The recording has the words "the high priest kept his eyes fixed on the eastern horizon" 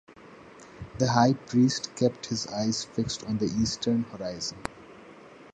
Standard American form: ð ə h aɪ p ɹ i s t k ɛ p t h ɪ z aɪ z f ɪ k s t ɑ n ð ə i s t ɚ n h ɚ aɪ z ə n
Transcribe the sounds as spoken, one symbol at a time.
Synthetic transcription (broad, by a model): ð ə h aɪ p ɹ i s t k ɛ p t h ɪ z aɪ z f ɪ k s t ɑ n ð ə i s t ɚ n h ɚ aɪ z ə n